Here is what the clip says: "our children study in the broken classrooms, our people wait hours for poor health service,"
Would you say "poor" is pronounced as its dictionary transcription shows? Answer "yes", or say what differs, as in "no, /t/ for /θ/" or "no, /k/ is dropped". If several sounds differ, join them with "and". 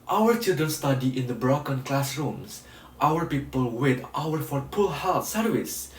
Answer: no, /l/ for /ɹ/